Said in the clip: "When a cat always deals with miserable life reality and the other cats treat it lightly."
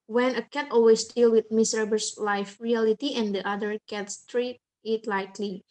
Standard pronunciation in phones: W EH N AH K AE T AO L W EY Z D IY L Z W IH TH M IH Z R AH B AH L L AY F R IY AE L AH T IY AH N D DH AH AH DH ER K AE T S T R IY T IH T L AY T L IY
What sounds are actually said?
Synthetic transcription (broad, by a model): W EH N AH K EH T AO L W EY S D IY L W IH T M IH S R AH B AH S L AY F R IY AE L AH T IY AH N D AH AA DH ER K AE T S T R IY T IH T L AY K L IY